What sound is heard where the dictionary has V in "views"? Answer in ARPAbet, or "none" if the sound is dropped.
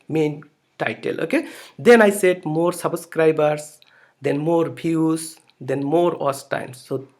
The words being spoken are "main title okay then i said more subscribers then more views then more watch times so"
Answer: B